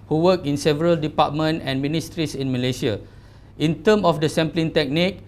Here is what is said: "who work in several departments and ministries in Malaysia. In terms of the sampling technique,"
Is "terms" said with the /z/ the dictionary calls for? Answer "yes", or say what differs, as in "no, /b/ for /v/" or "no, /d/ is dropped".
no, /z/ is dropped